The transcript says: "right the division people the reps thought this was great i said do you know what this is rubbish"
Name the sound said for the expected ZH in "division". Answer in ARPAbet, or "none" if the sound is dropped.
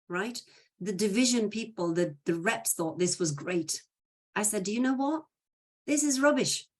ZH